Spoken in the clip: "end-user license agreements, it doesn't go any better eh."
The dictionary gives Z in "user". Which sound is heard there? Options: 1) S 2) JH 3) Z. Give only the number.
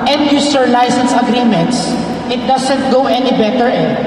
1